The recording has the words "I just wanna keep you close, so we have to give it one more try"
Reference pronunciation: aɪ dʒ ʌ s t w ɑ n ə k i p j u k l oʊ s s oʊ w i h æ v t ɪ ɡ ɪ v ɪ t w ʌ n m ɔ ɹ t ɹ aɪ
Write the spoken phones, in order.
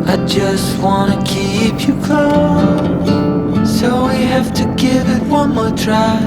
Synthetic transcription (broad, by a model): aɪ dʒ ʌ s t w ɑ n ə k i p j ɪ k oʊ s s oʊ w i h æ f t ɪ ɡ ɪ v ɪ t w ʌ n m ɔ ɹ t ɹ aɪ